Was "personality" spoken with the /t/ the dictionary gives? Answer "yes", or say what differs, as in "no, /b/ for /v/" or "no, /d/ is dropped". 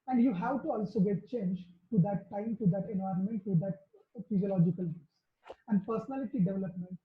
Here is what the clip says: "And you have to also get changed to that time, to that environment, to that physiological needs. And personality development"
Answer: yes